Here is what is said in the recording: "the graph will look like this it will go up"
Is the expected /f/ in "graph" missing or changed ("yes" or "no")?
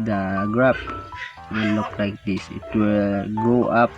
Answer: yes